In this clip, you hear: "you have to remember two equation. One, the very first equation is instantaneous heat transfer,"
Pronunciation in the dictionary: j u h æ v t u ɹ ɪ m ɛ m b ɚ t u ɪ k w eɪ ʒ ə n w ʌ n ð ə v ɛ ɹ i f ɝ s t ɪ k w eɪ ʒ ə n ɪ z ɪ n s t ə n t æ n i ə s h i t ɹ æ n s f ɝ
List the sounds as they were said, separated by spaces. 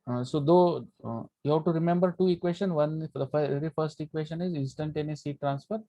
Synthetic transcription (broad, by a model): j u h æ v t u ɹ ɪ m ɛ m b ɚ t u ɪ k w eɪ ʃ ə n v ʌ n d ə f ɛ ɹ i f ɝ s t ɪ k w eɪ ʃ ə n ɪ z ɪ n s t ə n t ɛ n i s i t ɹ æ n s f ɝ